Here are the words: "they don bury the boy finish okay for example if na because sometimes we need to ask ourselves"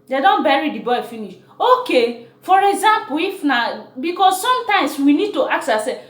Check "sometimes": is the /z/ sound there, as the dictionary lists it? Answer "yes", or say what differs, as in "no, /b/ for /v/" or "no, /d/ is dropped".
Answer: no, /s/ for /z/